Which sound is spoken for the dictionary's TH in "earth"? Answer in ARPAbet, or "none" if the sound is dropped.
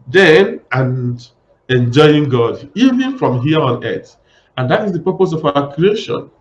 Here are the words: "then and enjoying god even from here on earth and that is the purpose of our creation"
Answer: T